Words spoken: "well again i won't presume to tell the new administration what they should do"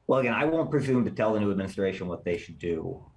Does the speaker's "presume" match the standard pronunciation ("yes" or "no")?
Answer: yes